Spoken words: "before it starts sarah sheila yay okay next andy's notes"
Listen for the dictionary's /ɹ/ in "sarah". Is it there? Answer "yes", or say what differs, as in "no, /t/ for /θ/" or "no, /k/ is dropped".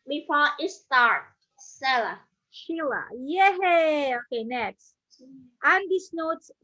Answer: no, /l/ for /ɹ/